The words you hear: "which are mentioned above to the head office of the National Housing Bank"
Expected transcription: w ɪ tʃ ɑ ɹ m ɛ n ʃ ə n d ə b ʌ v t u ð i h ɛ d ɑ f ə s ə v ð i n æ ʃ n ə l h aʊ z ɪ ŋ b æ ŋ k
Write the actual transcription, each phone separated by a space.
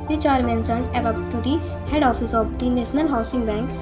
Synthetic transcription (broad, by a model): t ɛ tʃ ɑ ɹ m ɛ n s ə n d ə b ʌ b t u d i h ɛ d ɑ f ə s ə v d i n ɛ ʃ n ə l h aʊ s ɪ ŋ b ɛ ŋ k